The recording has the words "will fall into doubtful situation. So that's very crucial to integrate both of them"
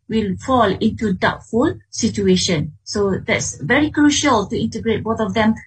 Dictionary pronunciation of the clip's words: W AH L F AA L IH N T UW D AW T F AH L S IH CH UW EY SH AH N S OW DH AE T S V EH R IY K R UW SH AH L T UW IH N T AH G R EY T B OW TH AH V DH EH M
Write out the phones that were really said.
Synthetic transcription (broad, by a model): W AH L F AA L IH N T UW D AW T F AH L S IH CH UW EY SH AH N S OW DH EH T S V EH R IY K R UW SH AH L T UW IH N T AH G R EY T B OW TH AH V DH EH M